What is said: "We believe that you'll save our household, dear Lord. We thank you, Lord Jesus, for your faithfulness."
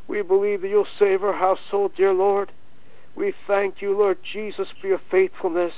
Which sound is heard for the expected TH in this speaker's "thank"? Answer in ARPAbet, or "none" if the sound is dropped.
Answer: TH